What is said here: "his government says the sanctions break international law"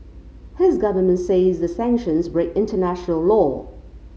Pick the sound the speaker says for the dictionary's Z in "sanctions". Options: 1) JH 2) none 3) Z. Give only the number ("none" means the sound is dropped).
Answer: 3